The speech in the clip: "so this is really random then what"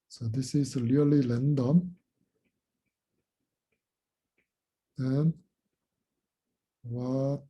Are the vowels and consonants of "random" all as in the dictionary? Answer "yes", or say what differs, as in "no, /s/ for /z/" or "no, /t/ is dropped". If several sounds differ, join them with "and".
no, /l/ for /ɹ/